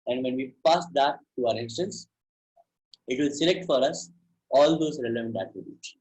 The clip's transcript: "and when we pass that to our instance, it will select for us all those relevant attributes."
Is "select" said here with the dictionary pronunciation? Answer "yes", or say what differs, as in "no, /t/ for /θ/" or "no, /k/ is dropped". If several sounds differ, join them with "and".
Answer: yes